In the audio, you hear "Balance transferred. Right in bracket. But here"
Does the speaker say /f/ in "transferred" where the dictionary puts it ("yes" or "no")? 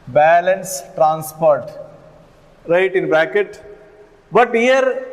no